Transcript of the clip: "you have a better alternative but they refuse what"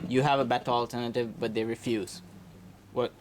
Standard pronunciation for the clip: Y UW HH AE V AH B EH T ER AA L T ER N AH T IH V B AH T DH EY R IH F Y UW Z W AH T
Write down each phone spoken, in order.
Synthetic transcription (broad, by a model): Y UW HH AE V AH B EH T ER AA L T ER N AH T IH V B AH T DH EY R IH F Y UW Z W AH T